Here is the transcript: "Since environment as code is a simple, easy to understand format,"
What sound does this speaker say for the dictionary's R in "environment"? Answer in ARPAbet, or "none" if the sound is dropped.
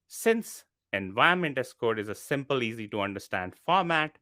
none